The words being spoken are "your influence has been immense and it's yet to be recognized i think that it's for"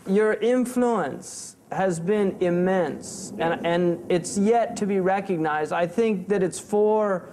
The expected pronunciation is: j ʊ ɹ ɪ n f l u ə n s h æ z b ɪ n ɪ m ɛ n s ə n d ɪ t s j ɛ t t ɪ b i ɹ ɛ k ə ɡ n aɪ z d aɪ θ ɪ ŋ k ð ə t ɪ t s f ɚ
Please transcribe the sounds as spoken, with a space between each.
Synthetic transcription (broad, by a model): j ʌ ɹ ɪ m f l u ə n s h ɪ z b ɪ n ɪ m ɛ n s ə n ɪ t s j ɛ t t ɪ b i ɹ ɛ k ə ɡ n aɪ z d aɪ θ ɪ ŋ k ð ə t ɪ t s f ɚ